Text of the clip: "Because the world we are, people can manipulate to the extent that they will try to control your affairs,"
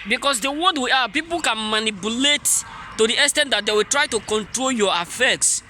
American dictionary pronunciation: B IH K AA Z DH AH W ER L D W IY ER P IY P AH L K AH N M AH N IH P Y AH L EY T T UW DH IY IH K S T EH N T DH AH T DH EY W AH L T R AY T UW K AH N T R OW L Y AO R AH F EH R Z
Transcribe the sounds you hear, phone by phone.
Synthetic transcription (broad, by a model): B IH K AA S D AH W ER D W IY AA P IY P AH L K AH N M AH N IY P Y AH L EY T T UW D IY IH S T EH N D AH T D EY W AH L T R AY T UW K AH N T R OW L Y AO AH F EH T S